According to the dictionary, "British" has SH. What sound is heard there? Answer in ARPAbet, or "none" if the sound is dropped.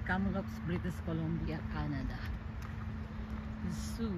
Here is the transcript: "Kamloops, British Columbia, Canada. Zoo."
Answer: S